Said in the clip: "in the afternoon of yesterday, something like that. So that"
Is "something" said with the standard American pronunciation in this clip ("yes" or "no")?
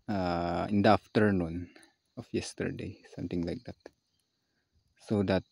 no